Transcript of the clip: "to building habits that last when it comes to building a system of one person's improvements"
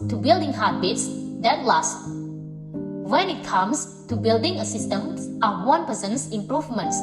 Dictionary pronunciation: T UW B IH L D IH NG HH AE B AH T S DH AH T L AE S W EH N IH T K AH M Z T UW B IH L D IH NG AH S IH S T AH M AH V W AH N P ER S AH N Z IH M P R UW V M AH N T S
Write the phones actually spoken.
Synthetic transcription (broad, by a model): T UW B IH L D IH NG HH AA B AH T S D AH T L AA S W EH N IH T K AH M S T UW B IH L D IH NG AH S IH S T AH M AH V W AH N P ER S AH N S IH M P R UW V M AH N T S